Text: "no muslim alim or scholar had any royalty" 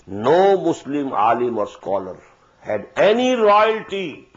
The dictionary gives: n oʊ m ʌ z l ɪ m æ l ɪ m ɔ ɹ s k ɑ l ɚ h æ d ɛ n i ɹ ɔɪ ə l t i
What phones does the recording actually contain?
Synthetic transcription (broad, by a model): n oʊ m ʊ s l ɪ m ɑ l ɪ m ɔ ɹ s k ɑ l ɚ h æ d ɛ n i ɹ ɔɪ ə l t i